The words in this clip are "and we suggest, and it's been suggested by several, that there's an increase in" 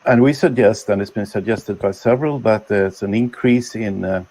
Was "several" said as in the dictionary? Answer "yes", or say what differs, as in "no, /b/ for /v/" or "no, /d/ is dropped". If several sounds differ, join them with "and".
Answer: yes